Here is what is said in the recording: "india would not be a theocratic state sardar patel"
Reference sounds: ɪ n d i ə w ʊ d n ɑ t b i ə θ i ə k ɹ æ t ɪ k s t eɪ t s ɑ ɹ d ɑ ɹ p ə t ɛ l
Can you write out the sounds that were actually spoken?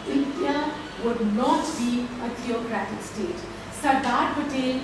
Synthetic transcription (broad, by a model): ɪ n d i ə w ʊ d n ɑ t b i ə t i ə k ɹ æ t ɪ k s t eɪ t s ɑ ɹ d ɑ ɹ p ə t ɛ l